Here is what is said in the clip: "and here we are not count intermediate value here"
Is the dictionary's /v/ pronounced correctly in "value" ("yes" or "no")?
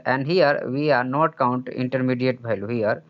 no